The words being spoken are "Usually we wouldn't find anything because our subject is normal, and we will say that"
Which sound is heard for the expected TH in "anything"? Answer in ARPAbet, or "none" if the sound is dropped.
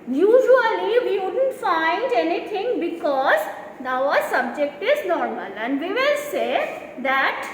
T